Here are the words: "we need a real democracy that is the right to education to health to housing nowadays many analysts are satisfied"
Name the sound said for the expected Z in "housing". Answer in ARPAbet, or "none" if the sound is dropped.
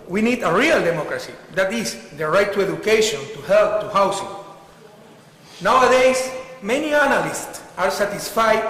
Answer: S